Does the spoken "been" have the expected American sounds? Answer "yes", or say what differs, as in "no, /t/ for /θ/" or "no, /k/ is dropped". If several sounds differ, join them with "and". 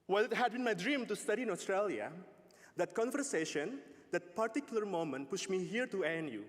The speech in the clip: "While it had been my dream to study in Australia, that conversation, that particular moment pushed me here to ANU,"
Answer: yes